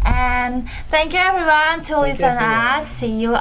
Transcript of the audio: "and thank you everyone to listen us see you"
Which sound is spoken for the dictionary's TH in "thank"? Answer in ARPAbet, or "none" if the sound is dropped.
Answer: TH